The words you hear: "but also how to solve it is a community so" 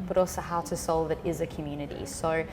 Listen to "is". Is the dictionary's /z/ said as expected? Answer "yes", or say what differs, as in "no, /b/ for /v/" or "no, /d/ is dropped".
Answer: yes